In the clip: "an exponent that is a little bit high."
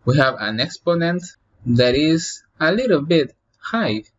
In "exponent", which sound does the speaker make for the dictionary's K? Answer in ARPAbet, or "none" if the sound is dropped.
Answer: K